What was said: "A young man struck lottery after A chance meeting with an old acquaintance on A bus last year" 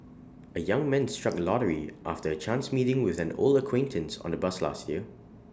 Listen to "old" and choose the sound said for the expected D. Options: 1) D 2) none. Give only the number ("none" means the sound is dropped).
2